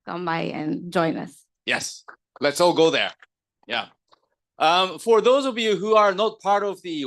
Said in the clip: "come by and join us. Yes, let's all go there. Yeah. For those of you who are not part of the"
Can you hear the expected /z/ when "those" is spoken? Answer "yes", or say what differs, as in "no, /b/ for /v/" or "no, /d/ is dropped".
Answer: yes